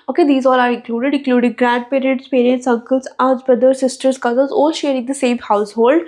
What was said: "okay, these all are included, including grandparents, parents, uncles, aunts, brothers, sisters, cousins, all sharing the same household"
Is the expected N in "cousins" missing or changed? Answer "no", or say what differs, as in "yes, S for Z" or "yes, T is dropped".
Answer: yes, L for N